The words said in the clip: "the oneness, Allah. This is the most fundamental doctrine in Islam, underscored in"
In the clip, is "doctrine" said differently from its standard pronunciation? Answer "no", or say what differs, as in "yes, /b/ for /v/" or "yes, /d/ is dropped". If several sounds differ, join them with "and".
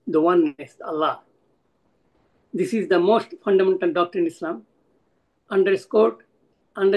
yes, /ɹ/ is dropped